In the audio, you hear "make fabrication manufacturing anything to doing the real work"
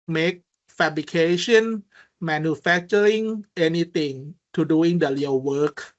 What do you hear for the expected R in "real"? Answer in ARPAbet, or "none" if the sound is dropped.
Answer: L